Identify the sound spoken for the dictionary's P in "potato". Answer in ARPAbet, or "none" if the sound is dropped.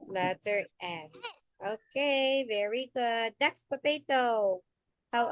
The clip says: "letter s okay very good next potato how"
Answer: P